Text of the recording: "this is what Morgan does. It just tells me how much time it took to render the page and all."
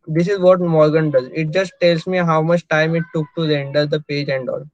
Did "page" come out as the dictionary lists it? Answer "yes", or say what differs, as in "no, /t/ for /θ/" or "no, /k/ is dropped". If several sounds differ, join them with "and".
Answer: yes